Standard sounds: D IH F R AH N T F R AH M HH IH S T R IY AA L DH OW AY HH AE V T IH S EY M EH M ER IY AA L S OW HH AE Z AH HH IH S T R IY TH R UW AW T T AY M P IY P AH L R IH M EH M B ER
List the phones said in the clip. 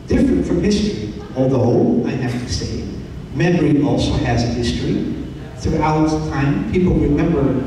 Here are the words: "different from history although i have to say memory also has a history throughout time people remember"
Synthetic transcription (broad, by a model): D IH F R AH N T F R AH M HH IH S T R IY AA L DH OW AY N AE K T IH S EY M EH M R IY AA L S OW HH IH Z AH HH IH S T R IY TH R UW AW T T AY M P IY P L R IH M EH M B ER